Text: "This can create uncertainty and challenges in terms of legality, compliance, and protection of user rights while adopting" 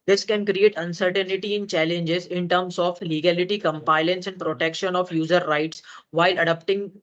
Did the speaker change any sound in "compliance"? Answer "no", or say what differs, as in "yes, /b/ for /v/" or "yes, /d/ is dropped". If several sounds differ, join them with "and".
yes, /l/ is dropped